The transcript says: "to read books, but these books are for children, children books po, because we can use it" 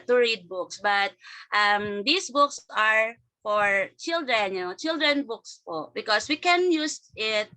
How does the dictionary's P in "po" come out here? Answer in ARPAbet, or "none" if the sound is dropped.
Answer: P